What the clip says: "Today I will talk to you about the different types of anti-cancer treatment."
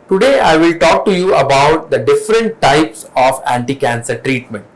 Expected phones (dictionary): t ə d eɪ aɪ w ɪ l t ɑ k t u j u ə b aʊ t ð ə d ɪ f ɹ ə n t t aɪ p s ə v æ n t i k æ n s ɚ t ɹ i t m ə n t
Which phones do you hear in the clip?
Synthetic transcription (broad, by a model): t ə d eɪ aɪ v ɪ l t ɑ k t u j u ə b aʊ t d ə d ɪ f ɹ ə n t t aɪ p s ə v æ n t i k æ n s ɚ t ɹ i t m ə n t